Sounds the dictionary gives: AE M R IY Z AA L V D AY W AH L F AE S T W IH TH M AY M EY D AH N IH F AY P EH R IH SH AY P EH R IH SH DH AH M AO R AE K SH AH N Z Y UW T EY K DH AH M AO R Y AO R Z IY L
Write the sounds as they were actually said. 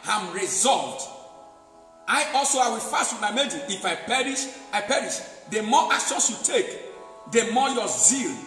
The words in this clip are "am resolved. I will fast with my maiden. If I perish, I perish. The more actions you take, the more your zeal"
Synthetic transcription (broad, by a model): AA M R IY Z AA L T AY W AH L F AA S T W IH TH M AY M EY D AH IH F AY P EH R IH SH AY P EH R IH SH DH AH M AO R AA K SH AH N S Y UW T EY K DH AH M AO Y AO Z IY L